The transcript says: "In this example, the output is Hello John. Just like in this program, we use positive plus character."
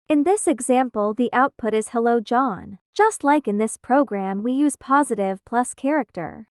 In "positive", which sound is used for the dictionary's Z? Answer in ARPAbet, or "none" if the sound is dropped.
Z